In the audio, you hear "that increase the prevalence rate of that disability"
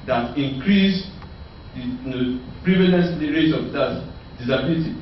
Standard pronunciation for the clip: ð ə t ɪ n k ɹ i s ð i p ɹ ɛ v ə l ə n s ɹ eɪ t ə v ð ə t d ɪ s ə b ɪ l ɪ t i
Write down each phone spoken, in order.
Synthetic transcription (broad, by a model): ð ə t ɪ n k ɹ i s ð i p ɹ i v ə n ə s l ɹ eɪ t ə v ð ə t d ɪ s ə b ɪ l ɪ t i